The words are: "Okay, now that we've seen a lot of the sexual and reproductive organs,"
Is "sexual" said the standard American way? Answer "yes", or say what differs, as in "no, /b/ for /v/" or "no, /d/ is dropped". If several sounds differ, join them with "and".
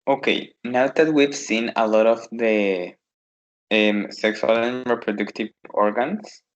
no, /s/ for /ʃ/